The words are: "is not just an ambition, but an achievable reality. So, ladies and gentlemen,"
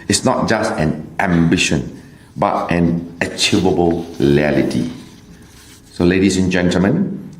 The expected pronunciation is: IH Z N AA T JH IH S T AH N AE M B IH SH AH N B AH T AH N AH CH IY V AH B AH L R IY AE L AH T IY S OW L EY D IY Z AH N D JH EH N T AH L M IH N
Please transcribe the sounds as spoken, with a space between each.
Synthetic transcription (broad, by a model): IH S N AA T JH IH S T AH N AE M B IH SH AH N B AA T AH N AH CH IY V AH B AH L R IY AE L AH T IY S OW L EY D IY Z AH N JH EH N T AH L M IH N